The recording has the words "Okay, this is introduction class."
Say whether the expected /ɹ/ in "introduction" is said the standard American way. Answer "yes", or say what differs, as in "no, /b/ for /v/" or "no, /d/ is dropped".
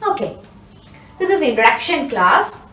no, /ɹ/ is dropped